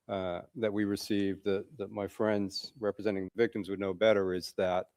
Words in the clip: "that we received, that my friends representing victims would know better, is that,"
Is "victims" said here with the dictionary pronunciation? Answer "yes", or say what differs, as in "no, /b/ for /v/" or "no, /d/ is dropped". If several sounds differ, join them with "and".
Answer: yes